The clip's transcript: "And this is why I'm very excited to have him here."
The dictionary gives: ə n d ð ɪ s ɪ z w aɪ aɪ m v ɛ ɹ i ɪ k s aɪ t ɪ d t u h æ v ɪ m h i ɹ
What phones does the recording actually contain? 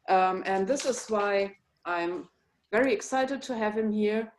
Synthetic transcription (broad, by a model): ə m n ð ɪ s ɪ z w aɪ aɪ m v ɛ ɹ i ɪ k s aɪ t ɪ d t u h æ v ɪ m h i ɹ